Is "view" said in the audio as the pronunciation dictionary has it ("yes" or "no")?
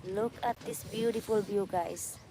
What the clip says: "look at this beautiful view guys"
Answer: no